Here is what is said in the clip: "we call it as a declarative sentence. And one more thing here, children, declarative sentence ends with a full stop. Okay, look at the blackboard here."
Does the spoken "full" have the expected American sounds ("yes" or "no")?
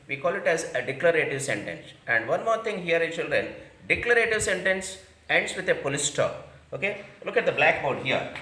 no